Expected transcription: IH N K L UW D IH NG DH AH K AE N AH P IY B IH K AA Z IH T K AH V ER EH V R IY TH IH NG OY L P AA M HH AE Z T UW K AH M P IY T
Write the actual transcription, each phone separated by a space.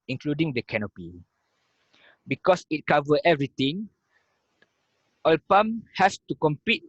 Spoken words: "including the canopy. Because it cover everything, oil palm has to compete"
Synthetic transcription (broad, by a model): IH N K L UW D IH NG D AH K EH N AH P IY B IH K AA S IH T K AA V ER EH V R IY T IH NG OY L P AA M HH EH S T UW K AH M P IY T